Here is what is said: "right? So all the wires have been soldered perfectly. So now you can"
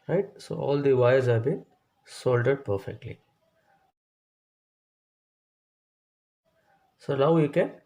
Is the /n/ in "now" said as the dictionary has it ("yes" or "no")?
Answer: no